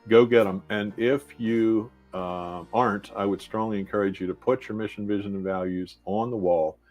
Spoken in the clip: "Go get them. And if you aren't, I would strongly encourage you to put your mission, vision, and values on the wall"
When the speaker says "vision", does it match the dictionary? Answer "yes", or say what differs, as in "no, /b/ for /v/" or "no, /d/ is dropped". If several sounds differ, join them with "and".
yes